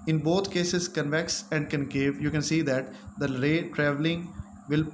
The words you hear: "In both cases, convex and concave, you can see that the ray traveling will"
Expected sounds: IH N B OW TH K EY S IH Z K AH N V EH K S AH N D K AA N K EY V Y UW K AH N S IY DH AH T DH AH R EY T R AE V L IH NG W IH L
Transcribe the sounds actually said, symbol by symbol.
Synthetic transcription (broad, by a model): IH N B OW T K EY S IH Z K AH N V EH K S AH N D K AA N K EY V Y UW K AH N S IY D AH T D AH R EY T R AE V L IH NG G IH L